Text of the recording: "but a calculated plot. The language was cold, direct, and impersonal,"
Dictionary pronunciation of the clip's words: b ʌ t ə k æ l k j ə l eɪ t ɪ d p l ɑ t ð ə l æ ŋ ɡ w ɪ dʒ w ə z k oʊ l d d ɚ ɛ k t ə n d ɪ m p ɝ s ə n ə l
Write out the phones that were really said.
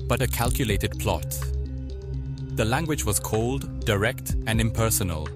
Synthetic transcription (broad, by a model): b ʌ t ə k æ l k j ə l eɪ t ɪ d p l ɑ t ð ə l æ ŋ ɡ w ɪ dʒ w ə z k oʊ l d d ɚ ɛ k t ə n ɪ m p ɝ s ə n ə l